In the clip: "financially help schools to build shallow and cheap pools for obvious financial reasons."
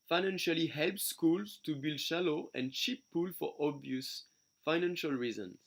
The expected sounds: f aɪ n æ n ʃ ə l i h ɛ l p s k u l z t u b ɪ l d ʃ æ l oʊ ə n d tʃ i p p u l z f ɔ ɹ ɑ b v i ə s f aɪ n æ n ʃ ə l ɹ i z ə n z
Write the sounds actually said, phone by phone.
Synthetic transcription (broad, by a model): f aɪ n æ n ʃ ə l i h ɛ l p s k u l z t u b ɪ l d ʃ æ l oʊ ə n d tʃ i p p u l f ɔ ɹ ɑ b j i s f aɪ n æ n ʃ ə l ɹ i z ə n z